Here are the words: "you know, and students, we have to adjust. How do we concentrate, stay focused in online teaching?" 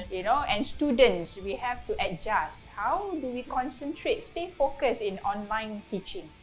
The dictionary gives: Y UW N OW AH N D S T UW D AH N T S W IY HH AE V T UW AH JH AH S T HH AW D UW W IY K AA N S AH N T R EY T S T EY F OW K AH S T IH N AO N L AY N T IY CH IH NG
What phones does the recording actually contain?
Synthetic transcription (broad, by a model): Y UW N OW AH N S T UW D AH N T S W IY HH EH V T UW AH JH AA S HH AW D UW W IY K AA N S AH N T R EY T S T EY F OW K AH S IH N AO N L AY N T IY CH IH NG